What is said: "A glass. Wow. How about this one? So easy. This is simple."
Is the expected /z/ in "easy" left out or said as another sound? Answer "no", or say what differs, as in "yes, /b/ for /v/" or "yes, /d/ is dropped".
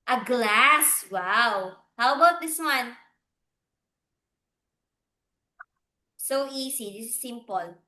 yes, /s/ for /z/